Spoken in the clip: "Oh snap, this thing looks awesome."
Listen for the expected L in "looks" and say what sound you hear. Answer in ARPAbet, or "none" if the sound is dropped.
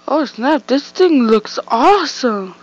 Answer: L